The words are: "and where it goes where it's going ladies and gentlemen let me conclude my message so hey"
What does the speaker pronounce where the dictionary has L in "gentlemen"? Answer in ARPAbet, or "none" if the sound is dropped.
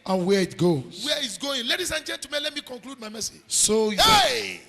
none